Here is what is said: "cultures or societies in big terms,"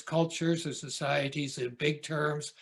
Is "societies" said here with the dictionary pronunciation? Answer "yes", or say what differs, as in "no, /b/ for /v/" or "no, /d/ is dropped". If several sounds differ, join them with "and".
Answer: yes